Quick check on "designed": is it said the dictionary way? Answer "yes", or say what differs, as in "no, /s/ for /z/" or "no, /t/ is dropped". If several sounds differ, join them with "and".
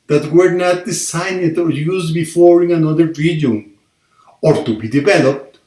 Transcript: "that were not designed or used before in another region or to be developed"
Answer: no, /s/ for /z/